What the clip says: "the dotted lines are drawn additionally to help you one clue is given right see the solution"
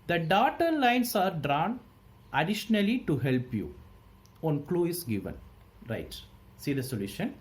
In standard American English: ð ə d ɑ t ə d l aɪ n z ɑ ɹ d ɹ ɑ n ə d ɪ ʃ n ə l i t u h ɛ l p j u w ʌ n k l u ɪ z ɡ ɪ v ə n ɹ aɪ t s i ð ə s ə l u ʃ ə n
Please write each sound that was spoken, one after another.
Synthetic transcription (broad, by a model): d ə d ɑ t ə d l aɪ n s ɑ ɹ d ɹ ɑ n ə d ɪ ʃ n ə l i t u h ɛ l p j u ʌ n k l u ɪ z ɡ ɪ v ə n ɹ aɪ t s i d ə s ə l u ʃ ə n